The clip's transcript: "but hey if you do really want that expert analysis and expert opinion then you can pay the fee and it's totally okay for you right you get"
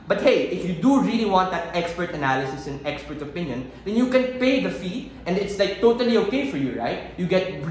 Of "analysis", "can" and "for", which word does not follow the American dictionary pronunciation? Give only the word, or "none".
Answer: none